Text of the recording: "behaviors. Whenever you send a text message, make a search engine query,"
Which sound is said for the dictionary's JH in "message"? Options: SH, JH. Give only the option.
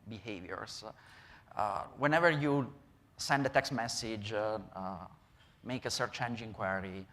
JH